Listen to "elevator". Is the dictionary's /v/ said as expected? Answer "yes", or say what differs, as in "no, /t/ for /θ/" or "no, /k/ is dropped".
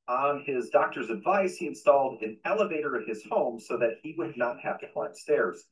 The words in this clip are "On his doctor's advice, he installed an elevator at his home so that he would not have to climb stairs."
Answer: yes